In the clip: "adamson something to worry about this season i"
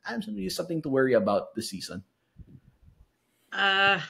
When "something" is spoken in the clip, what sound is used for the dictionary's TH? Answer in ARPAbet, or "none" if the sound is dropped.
TH